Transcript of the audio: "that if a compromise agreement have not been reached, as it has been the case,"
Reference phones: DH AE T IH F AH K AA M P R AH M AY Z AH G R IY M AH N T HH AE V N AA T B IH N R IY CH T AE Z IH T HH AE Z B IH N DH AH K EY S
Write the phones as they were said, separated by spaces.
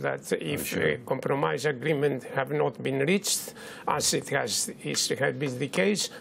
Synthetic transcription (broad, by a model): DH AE T IH F AH K AA M P R AH M AY Z AH G R IY M AH N T HH AE V N AA T B IH N R IY CH T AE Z IH T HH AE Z B IH N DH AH K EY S